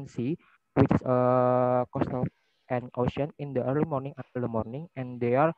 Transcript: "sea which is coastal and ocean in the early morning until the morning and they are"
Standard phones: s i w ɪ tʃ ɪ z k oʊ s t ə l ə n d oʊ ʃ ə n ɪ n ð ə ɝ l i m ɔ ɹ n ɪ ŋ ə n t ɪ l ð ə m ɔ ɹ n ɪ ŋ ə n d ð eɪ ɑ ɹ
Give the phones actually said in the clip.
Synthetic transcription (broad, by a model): s i w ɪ tʃ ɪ s k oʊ s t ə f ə n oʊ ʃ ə n ɪ n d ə ɝ l i m ɔ ɹ n ɪ ŋ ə t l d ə m ɔ ɹ n ɪ ŋ ə n d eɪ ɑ ɹ